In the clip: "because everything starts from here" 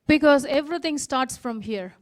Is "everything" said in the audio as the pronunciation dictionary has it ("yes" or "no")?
no